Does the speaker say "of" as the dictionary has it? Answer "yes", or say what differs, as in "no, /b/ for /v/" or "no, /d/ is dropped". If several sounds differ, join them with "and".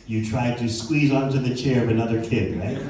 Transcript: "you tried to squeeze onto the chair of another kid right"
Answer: yes